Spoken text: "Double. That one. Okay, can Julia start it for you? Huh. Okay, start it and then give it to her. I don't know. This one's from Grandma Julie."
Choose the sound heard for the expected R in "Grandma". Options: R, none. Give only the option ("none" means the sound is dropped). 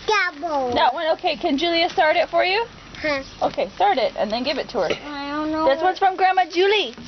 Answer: R